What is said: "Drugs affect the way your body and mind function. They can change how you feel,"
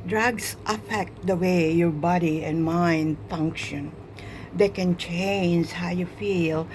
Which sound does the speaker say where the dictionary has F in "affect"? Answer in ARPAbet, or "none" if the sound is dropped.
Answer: F